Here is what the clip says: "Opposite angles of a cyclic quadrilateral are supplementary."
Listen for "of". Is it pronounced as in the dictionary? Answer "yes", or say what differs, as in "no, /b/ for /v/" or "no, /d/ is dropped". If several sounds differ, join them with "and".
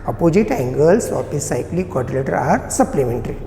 no, /p/ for /v/